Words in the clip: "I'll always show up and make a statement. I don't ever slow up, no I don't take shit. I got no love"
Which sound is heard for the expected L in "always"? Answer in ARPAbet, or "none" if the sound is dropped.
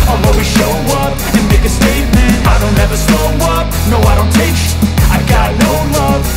none